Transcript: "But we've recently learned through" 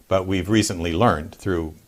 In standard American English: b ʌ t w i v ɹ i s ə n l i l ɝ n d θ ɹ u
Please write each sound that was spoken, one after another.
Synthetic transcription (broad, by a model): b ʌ t w i v ɹ i s ə n l i l ɝ n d θ ɹ u